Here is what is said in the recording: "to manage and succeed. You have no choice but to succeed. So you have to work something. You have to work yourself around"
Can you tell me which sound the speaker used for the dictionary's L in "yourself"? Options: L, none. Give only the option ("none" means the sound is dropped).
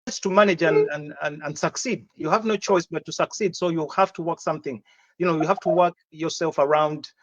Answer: L